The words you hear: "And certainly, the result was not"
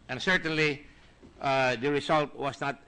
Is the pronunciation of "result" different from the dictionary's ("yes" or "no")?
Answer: yes